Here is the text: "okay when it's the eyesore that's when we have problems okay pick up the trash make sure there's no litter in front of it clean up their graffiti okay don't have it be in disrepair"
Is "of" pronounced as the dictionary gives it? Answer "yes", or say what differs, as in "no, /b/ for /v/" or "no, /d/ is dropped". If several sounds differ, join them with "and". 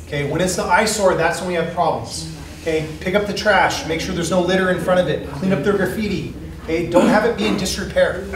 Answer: yes